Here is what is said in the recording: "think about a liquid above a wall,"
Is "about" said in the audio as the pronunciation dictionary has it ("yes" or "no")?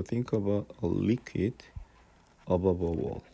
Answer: no